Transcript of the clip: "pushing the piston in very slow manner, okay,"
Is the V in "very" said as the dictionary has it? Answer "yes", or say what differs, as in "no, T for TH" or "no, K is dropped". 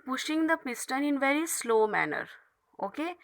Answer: yes